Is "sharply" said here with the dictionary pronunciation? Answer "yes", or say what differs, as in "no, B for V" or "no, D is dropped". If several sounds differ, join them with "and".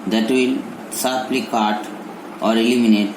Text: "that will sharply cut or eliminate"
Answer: no, S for SH